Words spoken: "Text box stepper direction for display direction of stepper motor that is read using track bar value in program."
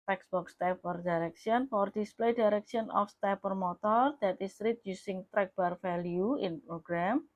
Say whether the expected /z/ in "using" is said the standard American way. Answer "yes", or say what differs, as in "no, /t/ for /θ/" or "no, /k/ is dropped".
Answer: no, /s/ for /z/